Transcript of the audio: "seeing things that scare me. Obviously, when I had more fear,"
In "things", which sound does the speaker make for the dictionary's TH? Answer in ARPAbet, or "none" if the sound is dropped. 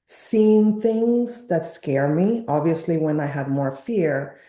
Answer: TH